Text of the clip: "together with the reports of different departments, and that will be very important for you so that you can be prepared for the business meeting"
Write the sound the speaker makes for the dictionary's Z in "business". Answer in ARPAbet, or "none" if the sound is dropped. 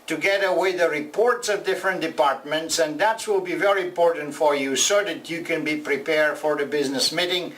Z